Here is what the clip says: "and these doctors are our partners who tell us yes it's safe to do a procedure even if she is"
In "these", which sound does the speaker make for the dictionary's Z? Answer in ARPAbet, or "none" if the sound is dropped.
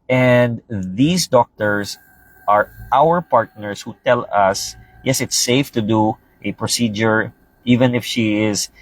S